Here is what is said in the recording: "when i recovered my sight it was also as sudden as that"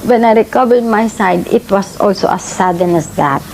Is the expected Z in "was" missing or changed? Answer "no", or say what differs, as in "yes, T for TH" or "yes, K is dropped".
yes, S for Z